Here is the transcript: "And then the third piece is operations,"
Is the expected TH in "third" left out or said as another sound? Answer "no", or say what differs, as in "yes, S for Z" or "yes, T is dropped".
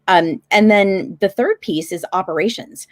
no